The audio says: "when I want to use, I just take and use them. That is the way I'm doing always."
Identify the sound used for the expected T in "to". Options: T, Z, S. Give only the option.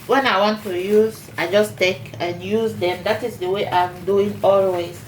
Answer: T